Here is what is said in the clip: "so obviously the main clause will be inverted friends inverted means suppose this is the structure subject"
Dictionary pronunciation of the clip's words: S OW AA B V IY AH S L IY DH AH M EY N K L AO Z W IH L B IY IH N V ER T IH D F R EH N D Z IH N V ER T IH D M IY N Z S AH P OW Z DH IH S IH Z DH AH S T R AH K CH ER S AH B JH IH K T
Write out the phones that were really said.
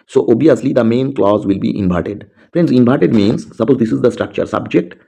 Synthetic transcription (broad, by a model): S OW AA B IY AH S L IY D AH M EY N K L AO Z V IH L B IY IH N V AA T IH D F R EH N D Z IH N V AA T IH D M IY N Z S AH P OW Z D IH S IH Z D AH S T R AH K CH ER S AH B JH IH K T